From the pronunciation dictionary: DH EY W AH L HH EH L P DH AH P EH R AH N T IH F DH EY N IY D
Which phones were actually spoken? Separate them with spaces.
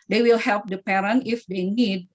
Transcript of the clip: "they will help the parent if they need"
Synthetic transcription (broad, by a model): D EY W AH L HH EH L P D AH P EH R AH N IH F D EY N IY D